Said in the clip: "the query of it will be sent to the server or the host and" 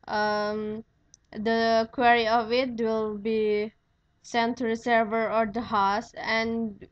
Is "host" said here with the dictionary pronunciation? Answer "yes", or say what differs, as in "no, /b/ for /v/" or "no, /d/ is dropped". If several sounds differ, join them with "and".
no, /t/ is dropped